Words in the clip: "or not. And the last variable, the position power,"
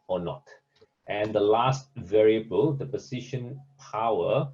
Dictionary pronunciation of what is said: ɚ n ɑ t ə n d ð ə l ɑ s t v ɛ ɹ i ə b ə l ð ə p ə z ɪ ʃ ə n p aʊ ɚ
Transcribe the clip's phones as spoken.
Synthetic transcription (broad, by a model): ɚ n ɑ t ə n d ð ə l ɑ s t v ɛ ɹ i ə b ə l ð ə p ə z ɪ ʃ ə n p aʊ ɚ